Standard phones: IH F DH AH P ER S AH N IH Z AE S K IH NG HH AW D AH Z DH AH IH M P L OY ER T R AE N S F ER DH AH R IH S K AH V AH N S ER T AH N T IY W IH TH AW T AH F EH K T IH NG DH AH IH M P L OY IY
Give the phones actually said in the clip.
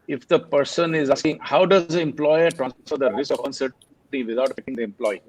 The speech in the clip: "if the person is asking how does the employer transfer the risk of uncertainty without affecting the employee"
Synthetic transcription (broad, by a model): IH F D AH P ER S AH N IH Z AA S K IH NG HH AW D AH Z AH IH M P L OY ER T R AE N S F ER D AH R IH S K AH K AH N S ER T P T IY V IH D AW T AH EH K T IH NG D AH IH M P L OY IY